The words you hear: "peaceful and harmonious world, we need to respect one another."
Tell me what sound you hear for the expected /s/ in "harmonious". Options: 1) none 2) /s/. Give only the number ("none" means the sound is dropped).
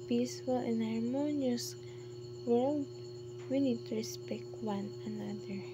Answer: 2